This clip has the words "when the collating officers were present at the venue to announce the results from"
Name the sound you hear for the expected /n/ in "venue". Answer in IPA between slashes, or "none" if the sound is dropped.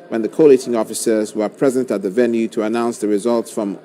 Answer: /n/